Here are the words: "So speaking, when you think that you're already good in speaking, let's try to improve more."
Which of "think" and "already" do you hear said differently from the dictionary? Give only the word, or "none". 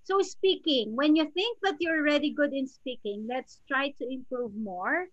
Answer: none